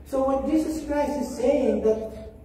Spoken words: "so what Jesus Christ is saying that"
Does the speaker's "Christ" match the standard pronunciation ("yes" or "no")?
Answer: no